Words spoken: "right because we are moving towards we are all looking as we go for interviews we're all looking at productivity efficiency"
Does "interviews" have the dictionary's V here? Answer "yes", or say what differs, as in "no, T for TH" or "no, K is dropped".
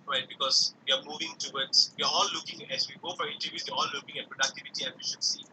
no, V is dropped